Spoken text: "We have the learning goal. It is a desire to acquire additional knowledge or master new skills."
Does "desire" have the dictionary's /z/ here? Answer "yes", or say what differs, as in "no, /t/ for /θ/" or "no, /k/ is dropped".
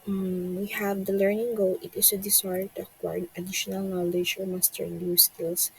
no, /s/ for /z/